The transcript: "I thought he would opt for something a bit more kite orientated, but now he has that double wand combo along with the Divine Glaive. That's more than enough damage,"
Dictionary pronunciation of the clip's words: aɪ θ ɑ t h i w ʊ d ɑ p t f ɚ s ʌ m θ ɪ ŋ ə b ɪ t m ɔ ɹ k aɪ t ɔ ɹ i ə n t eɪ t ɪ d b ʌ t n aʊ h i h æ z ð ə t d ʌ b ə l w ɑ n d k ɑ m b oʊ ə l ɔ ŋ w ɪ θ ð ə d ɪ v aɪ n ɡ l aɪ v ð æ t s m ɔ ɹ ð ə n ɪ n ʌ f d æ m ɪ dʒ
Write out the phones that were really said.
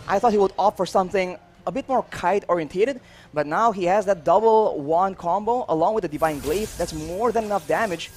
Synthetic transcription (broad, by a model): aɪ θ ɑ t h i w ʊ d ɑ f ɚ s ʌ m θ ɪ ŋ ə b ɪ t m ɔ ɹ k aɪ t ɔ ɹ i ə n t eɪ t ɪ d b ʌ t n aʊ h i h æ z ð ə t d ʌ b l w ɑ n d k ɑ m b oʊ ə l ɔ ŋ w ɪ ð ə d ɪ v aɪ n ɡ l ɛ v ð æ t s m ɔ ɹ ð ə n ɪ n ʌ f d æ m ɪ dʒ